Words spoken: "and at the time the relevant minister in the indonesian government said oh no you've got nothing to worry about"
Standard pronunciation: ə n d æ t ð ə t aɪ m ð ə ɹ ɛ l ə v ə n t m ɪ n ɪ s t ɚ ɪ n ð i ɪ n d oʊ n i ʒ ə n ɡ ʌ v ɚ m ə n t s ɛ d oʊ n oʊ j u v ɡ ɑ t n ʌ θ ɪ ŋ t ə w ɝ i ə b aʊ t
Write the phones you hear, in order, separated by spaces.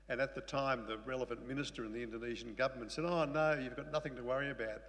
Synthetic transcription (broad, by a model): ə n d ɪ t ð ə t aɪ m ð ə ɹ ɛ l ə v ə n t m ɪ n ɪ s t ɚ ɪ n ð i ɪ n d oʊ n i ʒ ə n ɡ ʌ v ɚ m ə n t s ɛ d oʊ n oʊ j u v ɡ ɑ t n ʌ θ ɪ ŋ t ə w ɝ i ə b aʊ t